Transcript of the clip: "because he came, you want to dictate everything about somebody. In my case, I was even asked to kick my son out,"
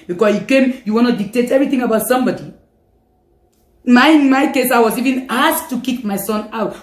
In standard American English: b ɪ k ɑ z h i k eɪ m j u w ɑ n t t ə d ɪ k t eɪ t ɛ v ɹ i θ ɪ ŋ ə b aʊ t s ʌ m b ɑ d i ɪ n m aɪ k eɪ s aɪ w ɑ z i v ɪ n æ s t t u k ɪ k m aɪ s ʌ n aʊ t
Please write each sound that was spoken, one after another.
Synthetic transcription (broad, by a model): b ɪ k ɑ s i k eɪ m j u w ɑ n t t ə d ɪ k t eɪ t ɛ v ɹ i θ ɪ ŋ ə b aʊ t s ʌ m b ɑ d i ɪ n m aɪ k eɪ s aɪ w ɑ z i v ɪ n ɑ s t t u k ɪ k m aɪ s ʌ n aʊ t